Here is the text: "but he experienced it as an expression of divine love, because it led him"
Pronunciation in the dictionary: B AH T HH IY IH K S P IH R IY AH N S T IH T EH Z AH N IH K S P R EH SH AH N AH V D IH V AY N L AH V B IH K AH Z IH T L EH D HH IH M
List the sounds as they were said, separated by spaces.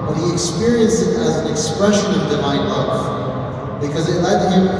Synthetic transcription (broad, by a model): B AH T HH IY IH K S P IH R IY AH N S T IH T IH Z N IH K S P R EH SH AH N AH V D IH V AY N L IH F B IH K AH Z IH T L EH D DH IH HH